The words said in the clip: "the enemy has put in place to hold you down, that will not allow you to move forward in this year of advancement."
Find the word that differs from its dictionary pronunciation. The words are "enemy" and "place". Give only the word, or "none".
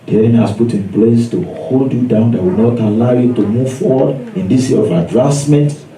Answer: enemy